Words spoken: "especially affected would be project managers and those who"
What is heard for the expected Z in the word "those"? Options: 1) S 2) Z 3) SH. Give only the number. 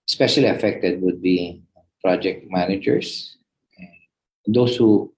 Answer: 1